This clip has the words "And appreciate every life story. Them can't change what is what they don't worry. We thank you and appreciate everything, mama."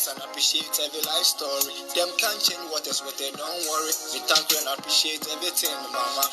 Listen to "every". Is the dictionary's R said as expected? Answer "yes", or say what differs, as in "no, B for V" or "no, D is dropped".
no, R is dropped